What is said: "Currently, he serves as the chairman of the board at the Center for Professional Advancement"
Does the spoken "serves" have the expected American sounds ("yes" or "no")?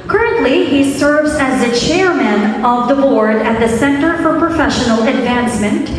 yes